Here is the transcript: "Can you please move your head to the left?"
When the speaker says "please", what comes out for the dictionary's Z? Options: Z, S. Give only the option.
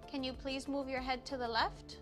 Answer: Z